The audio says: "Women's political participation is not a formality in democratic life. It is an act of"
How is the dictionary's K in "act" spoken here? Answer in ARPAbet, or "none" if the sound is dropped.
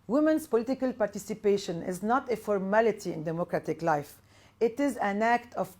K